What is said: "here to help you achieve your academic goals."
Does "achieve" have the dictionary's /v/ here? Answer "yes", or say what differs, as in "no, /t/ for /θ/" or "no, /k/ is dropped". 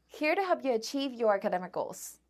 yes